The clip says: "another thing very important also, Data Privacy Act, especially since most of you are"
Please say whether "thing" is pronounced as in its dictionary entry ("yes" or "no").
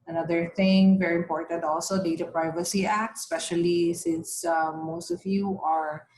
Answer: no